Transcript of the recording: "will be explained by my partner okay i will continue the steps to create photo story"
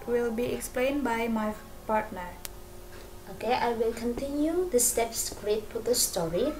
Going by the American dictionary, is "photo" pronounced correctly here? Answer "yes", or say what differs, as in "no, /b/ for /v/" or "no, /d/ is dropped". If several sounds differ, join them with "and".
no, /p/ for /f/